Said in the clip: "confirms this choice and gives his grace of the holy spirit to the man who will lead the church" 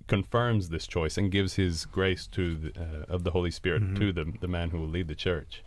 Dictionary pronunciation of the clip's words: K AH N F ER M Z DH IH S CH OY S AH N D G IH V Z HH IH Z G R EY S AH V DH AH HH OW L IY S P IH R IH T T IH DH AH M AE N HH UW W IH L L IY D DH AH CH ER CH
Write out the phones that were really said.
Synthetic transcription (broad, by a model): K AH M F ER M Z DH IH S CH OY S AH N G IH V Z HH IH Z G R EY S AH V DH AH HH OW L IY S P IH R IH T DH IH DH AH M AE N HH UW W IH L L IY D DH AH CH ER CH